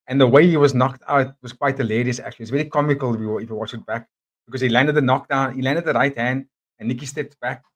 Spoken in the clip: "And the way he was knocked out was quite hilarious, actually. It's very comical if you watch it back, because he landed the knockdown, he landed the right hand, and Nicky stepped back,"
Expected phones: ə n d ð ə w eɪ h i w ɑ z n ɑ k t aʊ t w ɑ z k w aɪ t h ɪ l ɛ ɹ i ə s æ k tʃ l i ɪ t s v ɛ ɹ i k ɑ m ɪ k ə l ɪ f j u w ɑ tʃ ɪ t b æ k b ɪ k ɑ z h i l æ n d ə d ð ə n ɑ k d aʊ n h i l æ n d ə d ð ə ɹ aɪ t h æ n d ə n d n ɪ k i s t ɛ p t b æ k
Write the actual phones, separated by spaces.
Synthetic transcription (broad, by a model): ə n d ð ə w eɪ h i w ɑ z n ɑ k t aʊ t w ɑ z k w aɪ t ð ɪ l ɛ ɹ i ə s æ k tʃ l i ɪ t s v ɛ ɹ i k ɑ m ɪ k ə l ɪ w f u w ɑ tʃ ɪ t b æ k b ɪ k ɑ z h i l æ n d ə d ð ə n ɑ k d aʊ n h i l æ n d ə d ð ə ɹ aɪ t h æ n d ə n n ɪ k i s t ɛ p t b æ k